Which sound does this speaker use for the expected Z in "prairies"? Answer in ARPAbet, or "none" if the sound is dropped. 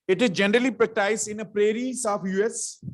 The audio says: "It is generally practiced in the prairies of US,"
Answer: S